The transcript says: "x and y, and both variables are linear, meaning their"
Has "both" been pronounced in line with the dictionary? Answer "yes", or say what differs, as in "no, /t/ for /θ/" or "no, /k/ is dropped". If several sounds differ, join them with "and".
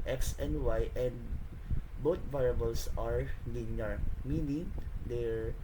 no, /t/ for /θ/